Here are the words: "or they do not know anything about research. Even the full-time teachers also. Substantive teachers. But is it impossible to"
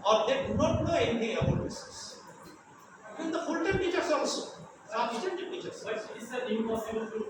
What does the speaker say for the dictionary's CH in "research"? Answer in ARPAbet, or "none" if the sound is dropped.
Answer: S